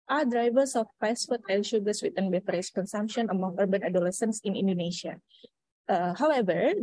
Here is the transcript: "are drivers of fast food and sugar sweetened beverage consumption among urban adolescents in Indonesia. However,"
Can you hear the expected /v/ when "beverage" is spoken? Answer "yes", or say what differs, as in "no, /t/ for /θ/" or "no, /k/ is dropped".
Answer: no, /f/ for /v/